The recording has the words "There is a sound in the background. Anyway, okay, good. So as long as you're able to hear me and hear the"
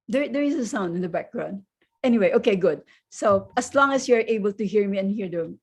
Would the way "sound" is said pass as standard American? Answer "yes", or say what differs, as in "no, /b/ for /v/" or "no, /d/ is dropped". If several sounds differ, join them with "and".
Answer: yes